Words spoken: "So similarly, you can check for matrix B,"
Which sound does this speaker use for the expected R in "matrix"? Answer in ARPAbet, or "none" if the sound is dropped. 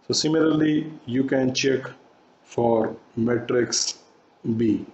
R